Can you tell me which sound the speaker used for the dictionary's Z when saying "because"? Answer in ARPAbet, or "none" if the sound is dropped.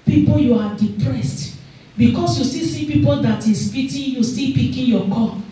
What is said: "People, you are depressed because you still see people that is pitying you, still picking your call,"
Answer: S